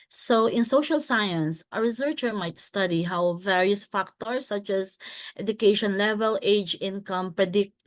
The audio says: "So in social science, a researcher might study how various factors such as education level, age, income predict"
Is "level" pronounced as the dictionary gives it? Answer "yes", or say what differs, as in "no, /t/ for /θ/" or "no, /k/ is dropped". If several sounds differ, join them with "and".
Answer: yes